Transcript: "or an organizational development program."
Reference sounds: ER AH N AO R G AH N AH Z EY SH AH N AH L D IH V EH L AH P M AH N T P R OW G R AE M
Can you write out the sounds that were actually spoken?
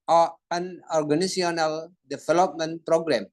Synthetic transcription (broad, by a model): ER AH N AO R G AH N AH S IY AH N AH L D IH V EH L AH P M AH N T P R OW G R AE M